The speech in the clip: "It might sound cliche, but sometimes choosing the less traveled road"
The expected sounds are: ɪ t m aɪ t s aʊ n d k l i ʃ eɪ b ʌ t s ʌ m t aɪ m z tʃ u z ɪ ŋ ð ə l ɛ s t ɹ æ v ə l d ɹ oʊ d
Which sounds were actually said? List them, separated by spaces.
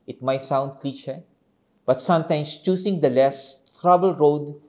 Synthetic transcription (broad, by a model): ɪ t m aɪ t s aʊ n d k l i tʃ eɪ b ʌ t s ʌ m t aɪ m s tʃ u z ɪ ŋ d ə l ɛ s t ɹ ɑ b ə l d ɹ oʊ d